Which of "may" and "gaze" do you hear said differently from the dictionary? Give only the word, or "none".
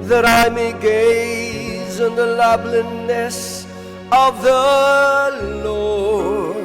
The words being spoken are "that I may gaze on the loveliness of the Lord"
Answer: none